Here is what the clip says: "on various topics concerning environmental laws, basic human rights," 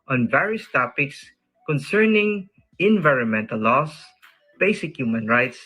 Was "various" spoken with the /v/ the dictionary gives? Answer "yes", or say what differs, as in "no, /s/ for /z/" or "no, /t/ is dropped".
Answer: yes